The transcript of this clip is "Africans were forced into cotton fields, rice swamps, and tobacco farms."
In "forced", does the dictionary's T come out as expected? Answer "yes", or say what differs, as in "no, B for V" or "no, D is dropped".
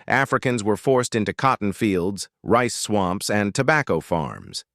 yes